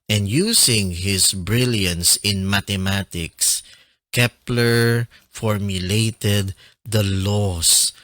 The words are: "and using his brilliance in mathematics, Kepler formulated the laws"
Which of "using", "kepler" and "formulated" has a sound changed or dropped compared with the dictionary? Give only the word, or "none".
using